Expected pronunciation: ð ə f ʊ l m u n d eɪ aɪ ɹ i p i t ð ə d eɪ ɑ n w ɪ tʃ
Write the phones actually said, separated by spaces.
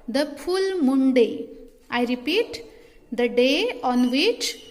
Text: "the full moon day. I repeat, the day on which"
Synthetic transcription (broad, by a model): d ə p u l m u n d eɪ aɪ ɹ i p i t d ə d eɪ ɑ n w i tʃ